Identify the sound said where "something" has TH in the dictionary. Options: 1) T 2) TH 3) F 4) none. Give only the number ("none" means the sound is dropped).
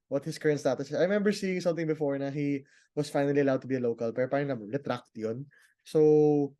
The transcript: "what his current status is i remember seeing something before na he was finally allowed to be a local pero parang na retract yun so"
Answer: 1